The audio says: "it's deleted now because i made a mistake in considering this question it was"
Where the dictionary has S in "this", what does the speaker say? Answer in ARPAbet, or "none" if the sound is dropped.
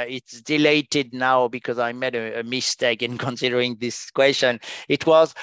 S